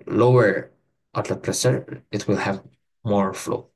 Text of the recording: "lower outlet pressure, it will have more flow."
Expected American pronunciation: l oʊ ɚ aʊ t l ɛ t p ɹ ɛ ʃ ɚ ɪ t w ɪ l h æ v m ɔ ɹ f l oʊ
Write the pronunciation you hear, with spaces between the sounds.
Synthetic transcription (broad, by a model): l oʊ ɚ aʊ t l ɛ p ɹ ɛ s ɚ ɪ t w ɪ l h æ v m ɔ ɹ f l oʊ